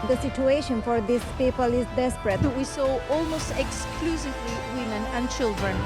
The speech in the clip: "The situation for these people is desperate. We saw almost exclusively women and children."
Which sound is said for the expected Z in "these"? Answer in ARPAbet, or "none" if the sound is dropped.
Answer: S